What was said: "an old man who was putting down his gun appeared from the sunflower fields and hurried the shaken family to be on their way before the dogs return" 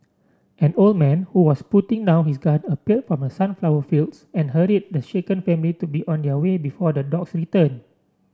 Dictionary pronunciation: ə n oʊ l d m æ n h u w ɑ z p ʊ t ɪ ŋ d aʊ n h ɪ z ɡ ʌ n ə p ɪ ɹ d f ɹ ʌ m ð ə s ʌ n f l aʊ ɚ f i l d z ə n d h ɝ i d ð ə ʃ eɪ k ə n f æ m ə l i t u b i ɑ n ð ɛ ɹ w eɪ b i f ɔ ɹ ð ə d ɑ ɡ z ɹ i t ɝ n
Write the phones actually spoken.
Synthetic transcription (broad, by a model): ə n oʊ l d m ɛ n h u w ɑ s p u t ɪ ŋ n aʊ h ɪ s ɡ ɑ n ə p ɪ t f ɹ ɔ m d ə s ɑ n f l aʊ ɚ f i l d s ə n h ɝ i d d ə ʃ eɪ k ə n f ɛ m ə l i t u b i ɑ n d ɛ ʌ w eɪ b i f ɔ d ə d ɑ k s ɹ i t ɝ n